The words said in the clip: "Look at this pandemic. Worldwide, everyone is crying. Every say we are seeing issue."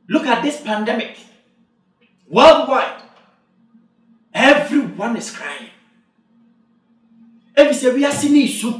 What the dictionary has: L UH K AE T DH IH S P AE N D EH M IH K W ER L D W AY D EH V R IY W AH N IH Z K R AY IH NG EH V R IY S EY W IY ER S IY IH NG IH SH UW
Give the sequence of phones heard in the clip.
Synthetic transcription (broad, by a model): L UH K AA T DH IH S P AE N D EH M IH K W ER L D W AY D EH V R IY W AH N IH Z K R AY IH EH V IY S EY W IY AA S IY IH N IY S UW